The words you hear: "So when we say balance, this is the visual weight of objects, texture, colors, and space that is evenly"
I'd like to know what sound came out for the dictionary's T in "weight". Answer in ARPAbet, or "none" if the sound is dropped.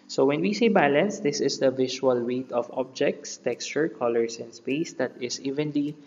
T